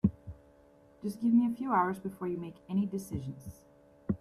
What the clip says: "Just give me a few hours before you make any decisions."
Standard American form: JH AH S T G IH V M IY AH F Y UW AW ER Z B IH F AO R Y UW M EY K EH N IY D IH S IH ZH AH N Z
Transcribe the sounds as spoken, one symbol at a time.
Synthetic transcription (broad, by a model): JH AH S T G IH V M IY AH F Y UW AW ER Z B IH F AO R Y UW M EY K EH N IY D IH S IH ZH AH N Z